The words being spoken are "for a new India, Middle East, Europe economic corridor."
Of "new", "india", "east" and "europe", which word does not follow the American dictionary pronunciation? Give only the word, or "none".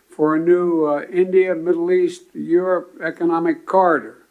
none